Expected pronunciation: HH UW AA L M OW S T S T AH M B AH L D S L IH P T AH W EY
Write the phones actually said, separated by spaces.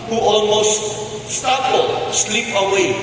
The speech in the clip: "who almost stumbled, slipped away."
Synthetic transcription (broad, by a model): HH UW AA L M OW S T S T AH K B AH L S L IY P AH W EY